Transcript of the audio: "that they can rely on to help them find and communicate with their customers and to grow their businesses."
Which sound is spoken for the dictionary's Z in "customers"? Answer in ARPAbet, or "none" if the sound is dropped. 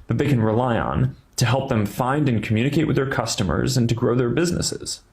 Z